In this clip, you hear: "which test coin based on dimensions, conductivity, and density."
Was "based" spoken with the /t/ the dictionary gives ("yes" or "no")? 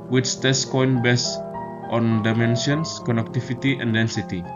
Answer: yes